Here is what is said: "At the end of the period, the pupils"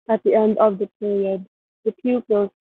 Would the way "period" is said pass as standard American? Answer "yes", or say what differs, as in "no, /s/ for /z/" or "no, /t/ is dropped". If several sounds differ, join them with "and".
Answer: yes